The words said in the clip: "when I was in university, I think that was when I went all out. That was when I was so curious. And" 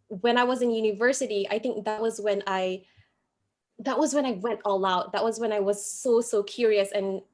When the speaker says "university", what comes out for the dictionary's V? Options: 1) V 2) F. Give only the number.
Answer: 1